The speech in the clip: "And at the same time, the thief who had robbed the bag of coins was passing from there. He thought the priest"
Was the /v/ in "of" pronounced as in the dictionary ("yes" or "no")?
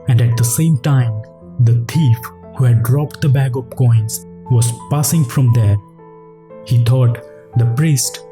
no